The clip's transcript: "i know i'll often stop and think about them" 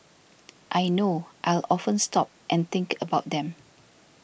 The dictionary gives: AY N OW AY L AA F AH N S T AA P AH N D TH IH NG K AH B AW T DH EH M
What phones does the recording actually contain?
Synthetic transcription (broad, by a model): AY N OW AY L AA F AH N S T AA P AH N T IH NG K AH B AW T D EH M